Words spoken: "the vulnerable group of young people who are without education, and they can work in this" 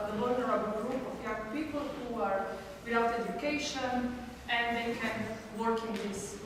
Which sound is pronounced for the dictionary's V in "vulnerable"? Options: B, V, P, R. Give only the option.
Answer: B